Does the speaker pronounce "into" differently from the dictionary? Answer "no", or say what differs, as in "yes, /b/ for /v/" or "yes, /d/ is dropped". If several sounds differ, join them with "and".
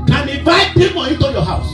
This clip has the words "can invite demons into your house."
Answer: yes, /n/ is dropped